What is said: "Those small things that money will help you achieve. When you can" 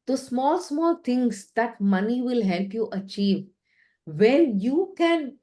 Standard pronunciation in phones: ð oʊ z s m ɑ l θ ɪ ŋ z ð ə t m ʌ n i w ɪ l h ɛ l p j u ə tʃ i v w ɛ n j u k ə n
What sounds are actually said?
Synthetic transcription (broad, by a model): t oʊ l s m ɑ l t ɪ ŋ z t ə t m ʌ n i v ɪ l h ɛ l p j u ə tʃ i v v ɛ n j u k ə n